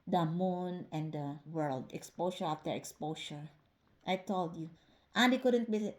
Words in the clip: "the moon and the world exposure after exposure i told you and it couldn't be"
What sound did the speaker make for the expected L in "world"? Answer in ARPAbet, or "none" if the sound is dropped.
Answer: L